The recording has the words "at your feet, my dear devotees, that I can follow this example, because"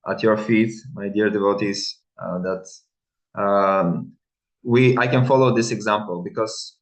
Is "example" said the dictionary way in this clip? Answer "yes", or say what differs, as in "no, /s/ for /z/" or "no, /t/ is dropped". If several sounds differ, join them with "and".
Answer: yes